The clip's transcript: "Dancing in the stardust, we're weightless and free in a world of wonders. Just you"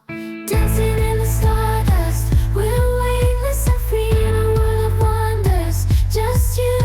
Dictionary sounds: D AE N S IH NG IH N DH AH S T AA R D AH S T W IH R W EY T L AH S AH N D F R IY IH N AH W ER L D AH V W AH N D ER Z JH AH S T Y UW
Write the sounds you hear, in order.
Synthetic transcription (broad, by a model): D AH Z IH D IH N DH AH S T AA R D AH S T W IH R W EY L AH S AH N F R IY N AH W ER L AH V W AH N D ER Z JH AH S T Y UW